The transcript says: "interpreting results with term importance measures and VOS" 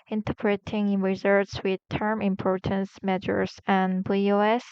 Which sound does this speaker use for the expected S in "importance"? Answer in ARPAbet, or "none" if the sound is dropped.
S